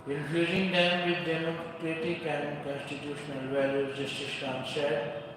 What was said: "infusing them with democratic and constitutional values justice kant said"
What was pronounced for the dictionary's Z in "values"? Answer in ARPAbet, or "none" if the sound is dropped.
none